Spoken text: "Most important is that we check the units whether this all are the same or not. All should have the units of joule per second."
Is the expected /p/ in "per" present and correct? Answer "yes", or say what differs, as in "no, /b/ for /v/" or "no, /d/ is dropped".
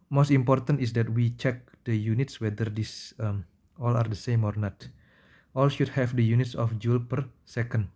yes